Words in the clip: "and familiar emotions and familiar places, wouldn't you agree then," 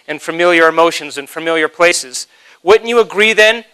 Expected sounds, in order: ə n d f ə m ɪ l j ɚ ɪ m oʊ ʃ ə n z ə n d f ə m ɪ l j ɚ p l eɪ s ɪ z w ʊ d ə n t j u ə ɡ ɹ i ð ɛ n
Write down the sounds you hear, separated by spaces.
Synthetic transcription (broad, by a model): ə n f ə m ɪ l j ɚ ɪ m oʊ ʃ ə n z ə n f ə m ɪ l j ɚ p l eɪ s ɪ z w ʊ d n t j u ə ɡ ɹ i ð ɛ n